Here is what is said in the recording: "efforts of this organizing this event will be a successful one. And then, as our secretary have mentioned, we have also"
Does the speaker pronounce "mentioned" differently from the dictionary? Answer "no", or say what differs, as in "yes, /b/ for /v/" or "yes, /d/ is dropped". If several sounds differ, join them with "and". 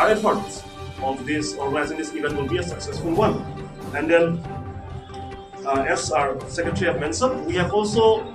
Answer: yes, /s/ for /ʃ/